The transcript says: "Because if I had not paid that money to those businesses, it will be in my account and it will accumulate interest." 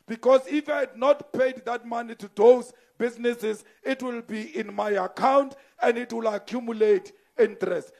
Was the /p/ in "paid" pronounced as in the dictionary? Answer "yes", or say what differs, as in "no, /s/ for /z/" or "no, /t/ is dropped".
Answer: yes